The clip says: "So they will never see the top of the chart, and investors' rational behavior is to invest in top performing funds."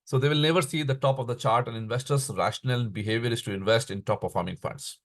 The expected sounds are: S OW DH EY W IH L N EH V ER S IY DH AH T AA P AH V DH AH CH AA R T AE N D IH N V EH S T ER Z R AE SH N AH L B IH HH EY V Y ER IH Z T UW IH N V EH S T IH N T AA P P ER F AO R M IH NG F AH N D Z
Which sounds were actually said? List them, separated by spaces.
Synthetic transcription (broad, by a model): S OW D EY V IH L N EH V ER S IY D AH T AA P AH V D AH CH AA R T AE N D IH N V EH S T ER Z R AE SH N AH L B IH HH EY V Y ER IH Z T UW IH N V EH S T IH N T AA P P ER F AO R M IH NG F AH N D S